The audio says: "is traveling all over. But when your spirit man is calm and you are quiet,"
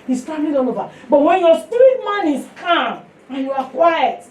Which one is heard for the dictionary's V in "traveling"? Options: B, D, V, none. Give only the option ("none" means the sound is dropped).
none